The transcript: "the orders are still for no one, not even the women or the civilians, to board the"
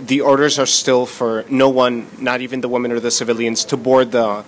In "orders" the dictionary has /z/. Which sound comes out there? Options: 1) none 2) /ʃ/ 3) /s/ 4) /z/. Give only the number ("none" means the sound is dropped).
4